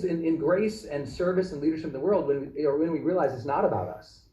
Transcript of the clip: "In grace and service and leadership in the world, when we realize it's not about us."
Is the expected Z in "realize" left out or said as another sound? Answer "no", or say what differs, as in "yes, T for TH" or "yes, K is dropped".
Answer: no